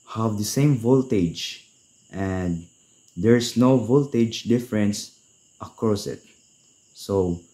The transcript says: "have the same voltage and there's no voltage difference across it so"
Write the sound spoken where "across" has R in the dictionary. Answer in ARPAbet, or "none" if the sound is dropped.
R